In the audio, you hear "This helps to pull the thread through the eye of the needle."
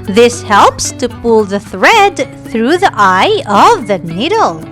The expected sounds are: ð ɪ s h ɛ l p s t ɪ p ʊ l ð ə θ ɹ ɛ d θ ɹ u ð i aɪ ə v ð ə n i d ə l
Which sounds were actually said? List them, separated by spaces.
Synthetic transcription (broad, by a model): ð ɪ s h ɛ l p s t ɪ p ʊ l ð ə θ ɹ ɛ d θ ɹ u ð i aɪ ə v ð ə n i d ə l